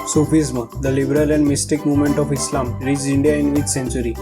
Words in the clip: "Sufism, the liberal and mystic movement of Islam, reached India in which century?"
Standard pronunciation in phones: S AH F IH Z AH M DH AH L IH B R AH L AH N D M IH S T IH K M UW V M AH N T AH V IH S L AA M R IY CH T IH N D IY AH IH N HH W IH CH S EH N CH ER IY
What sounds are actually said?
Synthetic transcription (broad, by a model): S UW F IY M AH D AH L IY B R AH L AH N D M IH S T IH K M UW V M AH N T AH F IH S L AA M R IY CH IY N D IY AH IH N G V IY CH S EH N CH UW IY